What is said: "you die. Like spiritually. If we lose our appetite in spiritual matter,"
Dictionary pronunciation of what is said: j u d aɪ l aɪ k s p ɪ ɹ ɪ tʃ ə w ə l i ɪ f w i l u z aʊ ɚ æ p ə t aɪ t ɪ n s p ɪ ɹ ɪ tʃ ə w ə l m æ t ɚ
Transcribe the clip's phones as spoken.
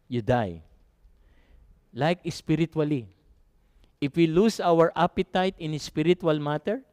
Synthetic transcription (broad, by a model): j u d aɪ l aɪ k s p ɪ ɹ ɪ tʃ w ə l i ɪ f w i l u s aʊ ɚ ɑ p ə t aɪ t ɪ n s p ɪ ɹ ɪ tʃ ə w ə l m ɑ t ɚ